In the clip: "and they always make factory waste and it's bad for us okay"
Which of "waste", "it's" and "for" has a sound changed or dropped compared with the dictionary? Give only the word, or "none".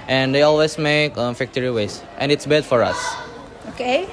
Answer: none